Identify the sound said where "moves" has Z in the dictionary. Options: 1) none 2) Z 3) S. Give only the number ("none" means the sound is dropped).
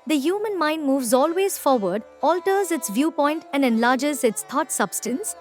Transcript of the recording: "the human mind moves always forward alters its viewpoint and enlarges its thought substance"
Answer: 2